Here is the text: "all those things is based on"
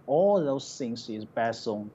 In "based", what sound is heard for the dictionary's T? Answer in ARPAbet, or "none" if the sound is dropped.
none